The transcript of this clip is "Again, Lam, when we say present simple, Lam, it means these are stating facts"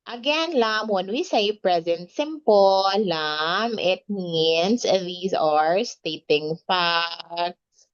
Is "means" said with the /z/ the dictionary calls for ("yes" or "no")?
no